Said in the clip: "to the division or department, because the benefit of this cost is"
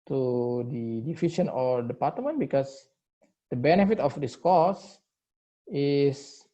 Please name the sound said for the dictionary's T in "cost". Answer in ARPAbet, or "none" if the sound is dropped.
none